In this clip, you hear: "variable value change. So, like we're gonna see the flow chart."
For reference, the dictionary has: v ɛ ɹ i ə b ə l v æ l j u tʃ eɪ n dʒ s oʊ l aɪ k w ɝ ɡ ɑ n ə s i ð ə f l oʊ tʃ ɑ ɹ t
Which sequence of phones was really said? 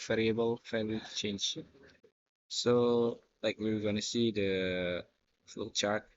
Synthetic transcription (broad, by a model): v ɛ ɹ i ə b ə l f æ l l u tʃ eɪ n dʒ s oʊ l aɪ k w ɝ ɡ ɑ n ə s i ð ə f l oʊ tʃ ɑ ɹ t